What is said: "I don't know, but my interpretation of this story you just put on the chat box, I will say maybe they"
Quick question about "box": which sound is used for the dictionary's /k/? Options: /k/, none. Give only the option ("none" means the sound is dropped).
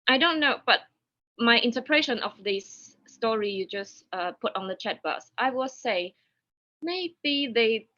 none